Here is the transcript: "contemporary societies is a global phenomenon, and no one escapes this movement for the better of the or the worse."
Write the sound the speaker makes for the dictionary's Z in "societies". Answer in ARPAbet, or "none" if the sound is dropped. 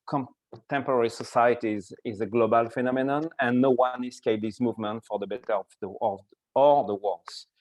Z